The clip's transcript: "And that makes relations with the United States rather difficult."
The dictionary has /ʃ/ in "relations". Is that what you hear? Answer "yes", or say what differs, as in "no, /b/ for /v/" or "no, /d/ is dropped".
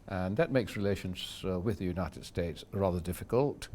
yes